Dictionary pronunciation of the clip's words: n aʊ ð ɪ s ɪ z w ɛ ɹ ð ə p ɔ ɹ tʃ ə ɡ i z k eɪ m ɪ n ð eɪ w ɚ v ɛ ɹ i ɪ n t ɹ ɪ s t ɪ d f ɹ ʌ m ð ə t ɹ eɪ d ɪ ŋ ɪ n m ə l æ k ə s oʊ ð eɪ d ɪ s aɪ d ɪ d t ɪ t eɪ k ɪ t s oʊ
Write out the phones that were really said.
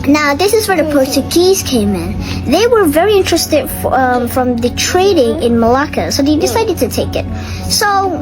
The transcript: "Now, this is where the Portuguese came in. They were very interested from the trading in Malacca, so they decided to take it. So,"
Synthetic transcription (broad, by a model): n aʊ ð ɪ s ɪ z w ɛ ɹ ð ə p ɔ ɹ tʃ ə ɡ i z k eɪ m ɪ n ð eɪ w ɚ v ɛ ɹ i ɪ n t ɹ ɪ s t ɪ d f ɹ ʌ m ð ə t ɹ eɪ d ɪ ŋ ɪ n m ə l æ k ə s oʊ ð eɪ d ɪ s aɪ d ɪ d t ɪ t eɪ k ɪ t s oʊ